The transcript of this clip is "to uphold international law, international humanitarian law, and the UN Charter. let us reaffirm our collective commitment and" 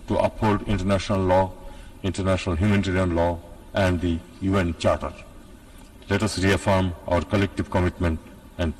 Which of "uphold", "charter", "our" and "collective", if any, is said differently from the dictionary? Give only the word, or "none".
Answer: none